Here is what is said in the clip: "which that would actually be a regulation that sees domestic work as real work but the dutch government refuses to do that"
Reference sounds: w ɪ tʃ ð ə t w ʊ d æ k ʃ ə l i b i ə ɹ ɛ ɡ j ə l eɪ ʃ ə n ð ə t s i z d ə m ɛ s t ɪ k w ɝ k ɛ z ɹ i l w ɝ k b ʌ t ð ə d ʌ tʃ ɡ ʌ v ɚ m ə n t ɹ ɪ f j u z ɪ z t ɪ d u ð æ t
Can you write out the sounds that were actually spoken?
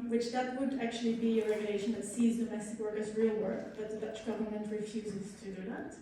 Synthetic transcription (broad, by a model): w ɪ tʃ ð ə t w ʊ d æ k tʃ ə l i b i ə ɹ ɛ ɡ j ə l eɪ ʃ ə n ð ə t s i z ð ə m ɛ s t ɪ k w ɝ k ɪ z ɹ i l w ɝ k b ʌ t ð ə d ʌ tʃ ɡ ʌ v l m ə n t ɹ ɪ f j u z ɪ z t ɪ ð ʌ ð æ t